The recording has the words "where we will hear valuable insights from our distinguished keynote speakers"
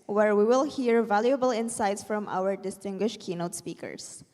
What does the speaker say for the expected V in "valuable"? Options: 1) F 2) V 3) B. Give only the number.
2